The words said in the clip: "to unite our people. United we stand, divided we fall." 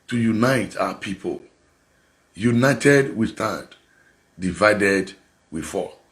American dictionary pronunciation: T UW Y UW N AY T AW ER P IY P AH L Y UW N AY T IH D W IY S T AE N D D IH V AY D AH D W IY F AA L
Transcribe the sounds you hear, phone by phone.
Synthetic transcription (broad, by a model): T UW Y UW N AY T AW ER P IY P AH L Y UW N AY T IH D W IY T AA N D D IH V AY D AH D W IY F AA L